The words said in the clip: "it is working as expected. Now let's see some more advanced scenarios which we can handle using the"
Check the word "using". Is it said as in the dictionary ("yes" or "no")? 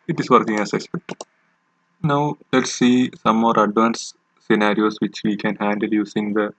no